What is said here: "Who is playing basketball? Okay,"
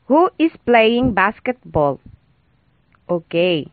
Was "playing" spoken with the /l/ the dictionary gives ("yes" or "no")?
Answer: yes